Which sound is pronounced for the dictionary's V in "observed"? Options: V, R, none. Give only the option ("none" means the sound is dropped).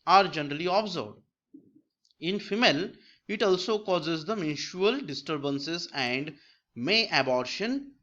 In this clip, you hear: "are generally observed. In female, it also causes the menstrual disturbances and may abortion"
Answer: none